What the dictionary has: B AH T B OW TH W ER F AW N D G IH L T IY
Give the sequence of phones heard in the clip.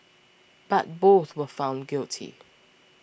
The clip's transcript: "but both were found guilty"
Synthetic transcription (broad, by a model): B AH T B OW TH W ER F AW N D G IH L T IY